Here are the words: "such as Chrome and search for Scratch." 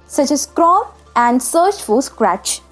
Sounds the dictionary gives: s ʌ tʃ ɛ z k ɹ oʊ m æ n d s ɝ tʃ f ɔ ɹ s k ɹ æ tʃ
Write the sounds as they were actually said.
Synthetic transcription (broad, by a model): s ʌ tʃ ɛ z k ɹ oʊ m æ n d s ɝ tʃ f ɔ l s k ɹ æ tʃ